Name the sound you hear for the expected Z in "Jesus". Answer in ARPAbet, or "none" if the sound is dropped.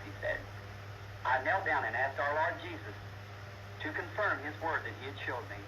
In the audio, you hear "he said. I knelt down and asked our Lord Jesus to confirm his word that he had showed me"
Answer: Z